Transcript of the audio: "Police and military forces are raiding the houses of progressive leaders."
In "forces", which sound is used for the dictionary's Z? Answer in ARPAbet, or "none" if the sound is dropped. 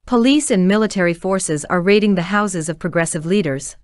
Z